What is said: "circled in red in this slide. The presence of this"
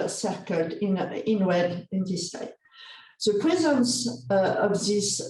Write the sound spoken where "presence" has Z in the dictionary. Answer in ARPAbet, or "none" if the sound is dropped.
Z